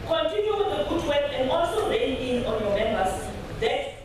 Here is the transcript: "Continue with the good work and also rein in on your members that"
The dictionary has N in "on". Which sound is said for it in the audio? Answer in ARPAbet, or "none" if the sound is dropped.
N